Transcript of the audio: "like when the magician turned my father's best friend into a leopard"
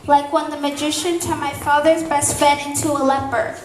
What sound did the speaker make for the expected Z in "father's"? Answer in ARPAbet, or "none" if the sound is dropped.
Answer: Z